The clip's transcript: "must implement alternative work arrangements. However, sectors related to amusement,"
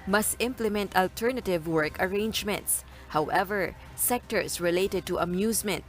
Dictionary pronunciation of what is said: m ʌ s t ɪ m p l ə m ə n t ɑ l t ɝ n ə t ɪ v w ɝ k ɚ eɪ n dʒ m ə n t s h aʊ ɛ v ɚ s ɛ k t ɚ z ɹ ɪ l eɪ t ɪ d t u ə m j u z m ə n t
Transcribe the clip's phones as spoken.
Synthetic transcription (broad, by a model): m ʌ s t ɪ m p l ə m ə n t ɑ l t ɝ n ə t ɪ v w ɝ k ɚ eɪ n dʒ m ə n t s h aʊ ɛ v ɚ s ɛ k t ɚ s ɹ ɪ l eɪ t ɪ d t u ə m j u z m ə n t